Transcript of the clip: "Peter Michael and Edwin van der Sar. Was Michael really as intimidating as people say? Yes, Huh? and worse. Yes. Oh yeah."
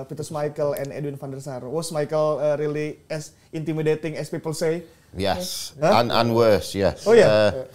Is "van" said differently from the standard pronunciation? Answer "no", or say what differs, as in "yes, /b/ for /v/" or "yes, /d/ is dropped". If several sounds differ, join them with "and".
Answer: yes, /f/ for /v/